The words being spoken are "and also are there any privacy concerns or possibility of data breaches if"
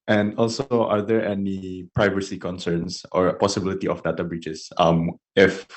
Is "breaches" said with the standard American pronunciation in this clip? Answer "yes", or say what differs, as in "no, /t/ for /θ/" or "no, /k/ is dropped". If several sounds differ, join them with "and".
no, /s/ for /tʃ/